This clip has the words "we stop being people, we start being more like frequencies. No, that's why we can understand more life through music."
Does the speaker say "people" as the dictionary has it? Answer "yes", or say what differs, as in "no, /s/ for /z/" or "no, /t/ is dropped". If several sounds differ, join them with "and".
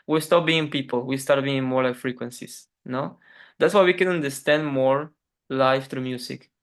yes